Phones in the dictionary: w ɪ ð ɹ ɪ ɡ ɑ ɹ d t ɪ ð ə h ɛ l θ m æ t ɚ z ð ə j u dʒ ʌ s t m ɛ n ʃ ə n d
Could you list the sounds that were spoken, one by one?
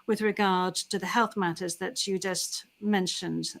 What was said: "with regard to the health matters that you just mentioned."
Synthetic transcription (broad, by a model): w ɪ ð ɹ ɪ ɡ ɑ ɹ d t ɪ ð ə h ɛ l θ m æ t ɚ z ð ə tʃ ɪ dʒ ʌ s t m ɛ n ʃ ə n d